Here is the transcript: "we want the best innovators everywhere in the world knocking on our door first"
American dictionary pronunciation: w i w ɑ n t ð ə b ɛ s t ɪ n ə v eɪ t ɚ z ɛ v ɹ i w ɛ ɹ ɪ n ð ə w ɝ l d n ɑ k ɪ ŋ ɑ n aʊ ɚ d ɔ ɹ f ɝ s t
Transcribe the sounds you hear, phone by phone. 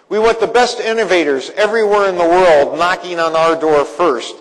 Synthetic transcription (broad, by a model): w i w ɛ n ð ə b ɛ s t ɪ n ə v eɪ t ɚ z ɛ v ɹ i w ɛ ɹ ɪ n ð ə w ɝ l d n ɑ k ɪ ŋ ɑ n aʊ ɚ d ɔ ɹ f ɝ s t